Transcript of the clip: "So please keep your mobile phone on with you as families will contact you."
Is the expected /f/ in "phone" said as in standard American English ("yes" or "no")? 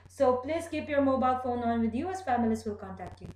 yes